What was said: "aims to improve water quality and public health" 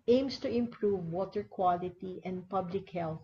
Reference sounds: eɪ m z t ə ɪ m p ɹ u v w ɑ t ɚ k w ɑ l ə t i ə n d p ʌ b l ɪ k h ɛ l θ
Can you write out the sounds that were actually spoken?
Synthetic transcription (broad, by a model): eɪ m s t ə ɪ m p ɹ u v w ɑ t ɚ k w ɑ l ə t i ə n d p ʌ b l ɪ k h ɛ l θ